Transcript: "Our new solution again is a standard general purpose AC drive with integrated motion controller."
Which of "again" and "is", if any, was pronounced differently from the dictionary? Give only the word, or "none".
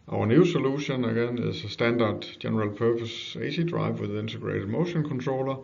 is